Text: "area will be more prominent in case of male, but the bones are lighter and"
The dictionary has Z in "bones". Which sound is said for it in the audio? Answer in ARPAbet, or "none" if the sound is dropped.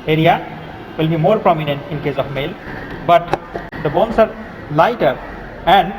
S